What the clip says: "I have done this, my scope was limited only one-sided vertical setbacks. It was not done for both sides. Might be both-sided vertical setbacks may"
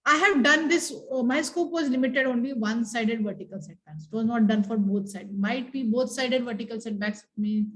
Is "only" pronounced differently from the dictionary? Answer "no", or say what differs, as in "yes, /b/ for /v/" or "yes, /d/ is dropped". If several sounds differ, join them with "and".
no